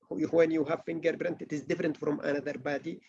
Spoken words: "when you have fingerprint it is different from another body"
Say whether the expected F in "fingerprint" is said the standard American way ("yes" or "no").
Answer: no